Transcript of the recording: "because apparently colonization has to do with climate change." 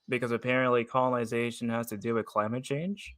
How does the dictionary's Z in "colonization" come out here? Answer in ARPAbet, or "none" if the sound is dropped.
Z